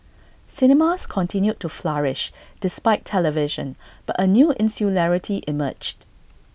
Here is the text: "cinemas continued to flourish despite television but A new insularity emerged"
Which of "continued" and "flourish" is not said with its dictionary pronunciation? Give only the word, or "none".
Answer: none